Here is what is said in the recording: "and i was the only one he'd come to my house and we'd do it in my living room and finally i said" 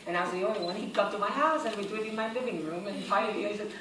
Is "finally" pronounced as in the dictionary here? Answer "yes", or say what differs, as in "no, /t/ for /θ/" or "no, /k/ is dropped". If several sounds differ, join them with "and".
no, /n/ is dropped and /l/ is dropped